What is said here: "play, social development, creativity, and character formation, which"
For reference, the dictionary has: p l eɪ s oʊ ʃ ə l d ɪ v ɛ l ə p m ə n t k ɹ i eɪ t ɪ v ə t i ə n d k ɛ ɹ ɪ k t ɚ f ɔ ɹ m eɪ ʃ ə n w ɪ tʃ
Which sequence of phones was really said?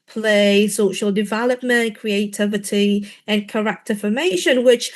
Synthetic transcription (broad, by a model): p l eɪ s oʊ ʃ ə l d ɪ v ɛ l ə p m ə n k ɹ i eɪ t ɪ v ə t i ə n k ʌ ɹ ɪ k t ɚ f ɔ m eɪ ʃ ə n w ɪ tʃ